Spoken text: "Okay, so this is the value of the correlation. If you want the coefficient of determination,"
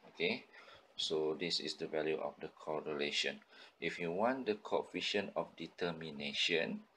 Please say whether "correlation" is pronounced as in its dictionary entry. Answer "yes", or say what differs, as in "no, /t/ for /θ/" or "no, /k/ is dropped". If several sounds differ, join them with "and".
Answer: yes